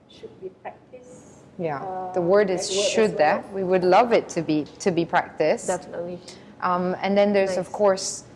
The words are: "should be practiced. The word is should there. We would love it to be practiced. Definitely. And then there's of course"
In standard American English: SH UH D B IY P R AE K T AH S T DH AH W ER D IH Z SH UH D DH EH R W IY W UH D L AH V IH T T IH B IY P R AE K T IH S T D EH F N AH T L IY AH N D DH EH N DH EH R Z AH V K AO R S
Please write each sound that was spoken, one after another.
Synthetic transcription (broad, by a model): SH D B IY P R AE K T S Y DH AH W ER D IH Z SH UH D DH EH W IY W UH D L AH V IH T T IH B IY P R AE K T IH S T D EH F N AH T IY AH N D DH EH N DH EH R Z AH V K AO R S